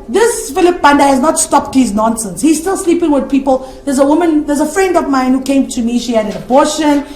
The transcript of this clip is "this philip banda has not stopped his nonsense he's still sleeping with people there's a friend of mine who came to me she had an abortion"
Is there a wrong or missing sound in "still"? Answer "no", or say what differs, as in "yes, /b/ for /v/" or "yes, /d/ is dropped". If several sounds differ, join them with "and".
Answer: no